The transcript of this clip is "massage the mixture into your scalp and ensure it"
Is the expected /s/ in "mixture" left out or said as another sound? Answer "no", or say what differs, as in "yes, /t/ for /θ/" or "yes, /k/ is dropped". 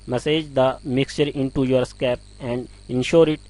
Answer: no